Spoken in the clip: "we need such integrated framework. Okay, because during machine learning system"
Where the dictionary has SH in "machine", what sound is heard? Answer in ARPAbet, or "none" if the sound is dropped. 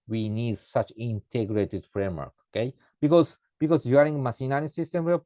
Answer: S